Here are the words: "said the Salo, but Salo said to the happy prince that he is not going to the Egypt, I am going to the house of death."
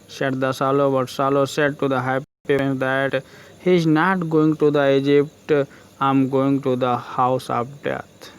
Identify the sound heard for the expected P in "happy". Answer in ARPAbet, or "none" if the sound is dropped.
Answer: none